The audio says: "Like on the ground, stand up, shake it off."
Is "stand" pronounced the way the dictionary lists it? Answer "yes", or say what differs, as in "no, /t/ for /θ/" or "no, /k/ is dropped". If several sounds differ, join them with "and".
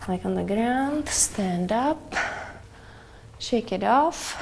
yes